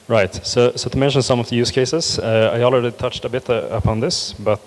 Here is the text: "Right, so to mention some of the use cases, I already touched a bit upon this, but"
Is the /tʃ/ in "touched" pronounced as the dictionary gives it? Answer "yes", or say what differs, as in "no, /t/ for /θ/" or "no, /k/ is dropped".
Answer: yes